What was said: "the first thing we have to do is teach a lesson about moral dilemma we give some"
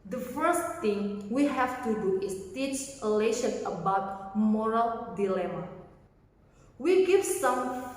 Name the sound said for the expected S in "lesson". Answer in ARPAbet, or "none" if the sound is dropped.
SH